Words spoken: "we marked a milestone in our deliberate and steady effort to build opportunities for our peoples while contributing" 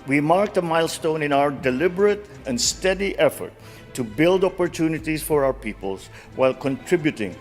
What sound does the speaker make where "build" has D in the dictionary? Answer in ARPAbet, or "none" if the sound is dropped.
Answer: D